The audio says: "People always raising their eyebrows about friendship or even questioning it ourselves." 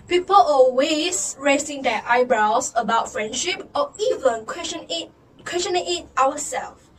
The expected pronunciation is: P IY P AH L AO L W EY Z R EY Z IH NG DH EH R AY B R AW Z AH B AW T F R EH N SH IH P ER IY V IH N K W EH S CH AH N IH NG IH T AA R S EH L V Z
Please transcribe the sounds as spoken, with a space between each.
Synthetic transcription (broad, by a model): P IY P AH L AO L W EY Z R EY S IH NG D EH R AY B R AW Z AH B AW T F R EH N SH IH P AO IY V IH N K W EH S CH AH N IH NG IH T AA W S EH L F